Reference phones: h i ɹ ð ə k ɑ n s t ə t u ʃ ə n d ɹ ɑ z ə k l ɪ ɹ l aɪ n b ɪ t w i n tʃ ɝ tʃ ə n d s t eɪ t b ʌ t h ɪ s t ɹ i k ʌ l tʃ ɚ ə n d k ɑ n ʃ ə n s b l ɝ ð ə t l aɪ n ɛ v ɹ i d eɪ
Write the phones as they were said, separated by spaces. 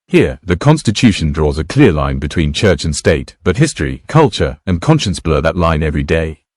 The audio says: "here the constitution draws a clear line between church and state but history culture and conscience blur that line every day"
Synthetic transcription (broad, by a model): h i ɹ ð ə k ɑ n s t ə t u ʃ ə n d ɹ ɑ z ə k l ɪ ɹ l aɪ n b ɪ t w i n tʃ ɝ tʃ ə n s t eɪ t b ʌ t h ɪ s t ɹ i k ʌ l tʃ ɚ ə n k ɑ n ʃ ə n s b l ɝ ð ə t l aɪ n ɛ v ɹ i d eɪ